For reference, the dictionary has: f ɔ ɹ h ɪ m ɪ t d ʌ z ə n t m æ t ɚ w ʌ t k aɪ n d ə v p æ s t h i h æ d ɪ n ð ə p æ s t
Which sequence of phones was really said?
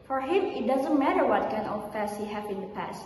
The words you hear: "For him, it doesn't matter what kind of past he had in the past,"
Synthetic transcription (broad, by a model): f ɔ ɹ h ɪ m ɪ t d ʌ z ə n t m æ t ɚ w ʌ t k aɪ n ə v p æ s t h i h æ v ɪ n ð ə p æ s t